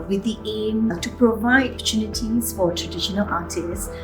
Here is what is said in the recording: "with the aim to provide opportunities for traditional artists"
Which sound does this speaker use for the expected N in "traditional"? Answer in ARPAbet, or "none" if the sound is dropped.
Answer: N